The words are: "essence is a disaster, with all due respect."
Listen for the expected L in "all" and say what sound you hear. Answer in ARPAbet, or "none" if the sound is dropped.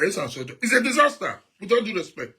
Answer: N